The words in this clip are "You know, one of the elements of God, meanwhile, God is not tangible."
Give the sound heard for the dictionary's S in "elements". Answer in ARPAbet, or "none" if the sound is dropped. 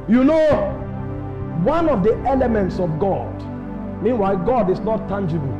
S